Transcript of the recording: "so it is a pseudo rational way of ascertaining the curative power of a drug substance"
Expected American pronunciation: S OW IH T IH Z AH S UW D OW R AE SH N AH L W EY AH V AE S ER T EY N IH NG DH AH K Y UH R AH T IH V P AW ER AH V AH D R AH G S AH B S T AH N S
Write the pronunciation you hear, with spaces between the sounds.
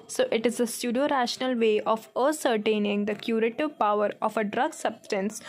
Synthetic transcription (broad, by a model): S OW IH T IH Z AH S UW D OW R AE SH N AH L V EY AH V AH S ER T EY N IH NG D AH K Y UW R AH T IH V P AW ER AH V AH D R AH G S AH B S T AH N S